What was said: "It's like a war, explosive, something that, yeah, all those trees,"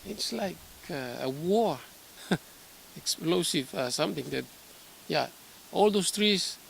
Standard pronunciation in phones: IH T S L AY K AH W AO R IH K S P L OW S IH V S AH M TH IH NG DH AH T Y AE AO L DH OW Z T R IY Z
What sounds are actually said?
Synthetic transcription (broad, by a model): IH T S L AY K AH W AO R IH K S P L OW S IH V S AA M T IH NG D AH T Y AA AO L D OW S T R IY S